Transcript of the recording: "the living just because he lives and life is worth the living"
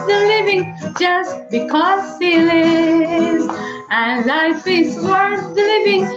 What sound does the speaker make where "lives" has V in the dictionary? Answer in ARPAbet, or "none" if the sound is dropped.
none